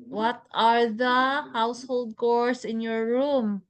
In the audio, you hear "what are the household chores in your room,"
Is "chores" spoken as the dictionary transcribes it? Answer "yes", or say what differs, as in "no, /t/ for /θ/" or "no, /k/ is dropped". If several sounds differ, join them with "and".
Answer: no, /s/ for /z/